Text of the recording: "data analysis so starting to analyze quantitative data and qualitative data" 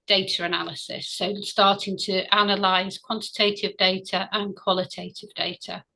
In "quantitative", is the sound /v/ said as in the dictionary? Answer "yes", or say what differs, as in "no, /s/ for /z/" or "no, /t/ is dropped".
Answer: yes